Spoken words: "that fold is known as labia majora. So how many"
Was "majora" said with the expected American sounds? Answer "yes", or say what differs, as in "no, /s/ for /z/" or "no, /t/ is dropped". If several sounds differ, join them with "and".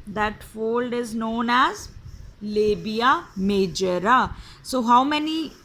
yes